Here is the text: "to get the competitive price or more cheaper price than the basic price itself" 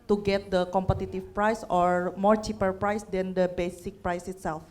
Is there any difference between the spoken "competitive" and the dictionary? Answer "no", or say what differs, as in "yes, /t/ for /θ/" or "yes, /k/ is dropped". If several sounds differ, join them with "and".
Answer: yes, /f/ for /v/